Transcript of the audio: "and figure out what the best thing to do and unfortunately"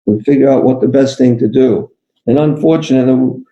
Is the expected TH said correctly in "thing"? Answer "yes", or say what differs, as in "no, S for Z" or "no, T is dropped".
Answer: yes